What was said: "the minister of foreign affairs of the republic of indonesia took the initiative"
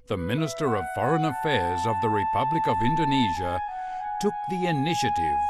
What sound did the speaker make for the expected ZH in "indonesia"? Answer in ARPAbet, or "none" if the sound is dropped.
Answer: ZH